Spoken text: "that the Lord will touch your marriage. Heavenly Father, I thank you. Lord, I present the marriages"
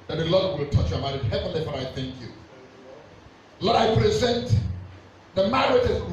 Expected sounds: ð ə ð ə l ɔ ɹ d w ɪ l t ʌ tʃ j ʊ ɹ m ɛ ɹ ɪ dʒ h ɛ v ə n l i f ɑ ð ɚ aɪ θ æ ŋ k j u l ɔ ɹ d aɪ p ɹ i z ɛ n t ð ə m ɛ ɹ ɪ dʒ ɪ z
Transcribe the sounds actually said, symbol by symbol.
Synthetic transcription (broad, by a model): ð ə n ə l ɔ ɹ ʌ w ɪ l t ʌ tʃ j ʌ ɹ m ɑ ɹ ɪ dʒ h ɛ v ə n l i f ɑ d aɪ θ æ ŋ k j u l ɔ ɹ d aɪ p ɹ i z ɛ n t ð ə m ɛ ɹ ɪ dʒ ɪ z